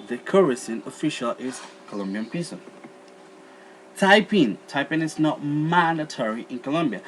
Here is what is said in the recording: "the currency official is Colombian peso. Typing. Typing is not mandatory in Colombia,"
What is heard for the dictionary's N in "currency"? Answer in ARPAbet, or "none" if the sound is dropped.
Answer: none